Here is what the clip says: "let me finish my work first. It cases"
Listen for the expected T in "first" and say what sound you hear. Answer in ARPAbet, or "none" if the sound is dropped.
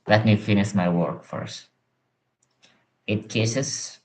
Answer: T